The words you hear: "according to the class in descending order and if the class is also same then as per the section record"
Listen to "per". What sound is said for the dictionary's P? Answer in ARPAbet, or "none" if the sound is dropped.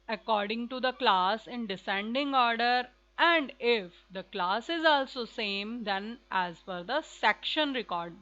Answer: F